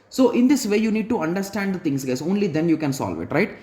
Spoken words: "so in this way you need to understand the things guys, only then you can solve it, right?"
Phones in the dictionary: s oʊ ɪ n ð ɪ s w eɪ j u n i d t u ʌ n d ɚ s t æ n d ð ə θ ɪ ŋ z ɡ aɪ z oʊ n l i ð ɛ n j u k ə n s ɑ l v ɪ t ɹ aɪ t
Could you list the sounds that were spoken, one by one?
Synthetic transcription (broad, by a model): s oʊ ɪ n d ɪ s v eɪ j u n i d t u ʌ n d ɚ s t æ n d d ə t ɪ ŋ s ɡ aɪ s oʊ n l i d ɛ n j u k ə n s ɑ l v ɪ t ɹ aɪ t